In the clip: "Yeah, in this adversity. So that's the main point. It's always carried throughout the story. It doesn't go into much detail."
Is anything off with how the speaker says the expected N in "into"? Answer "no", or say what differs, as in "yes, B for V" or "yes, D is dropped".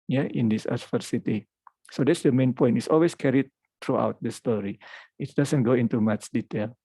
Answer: no